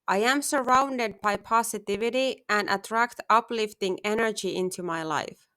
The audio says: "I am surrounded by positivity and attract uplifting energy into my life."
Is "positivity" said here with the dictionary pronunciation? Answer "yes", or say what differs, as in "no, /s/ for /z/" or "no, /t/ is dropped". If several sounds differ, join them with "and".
no, /s/ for /z/